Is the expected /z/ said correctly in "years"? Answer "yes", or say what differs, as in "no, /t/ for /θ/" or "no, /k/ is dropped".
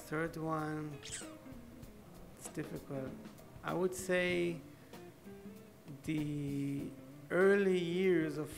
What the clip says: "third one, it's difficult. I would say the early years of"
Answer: yes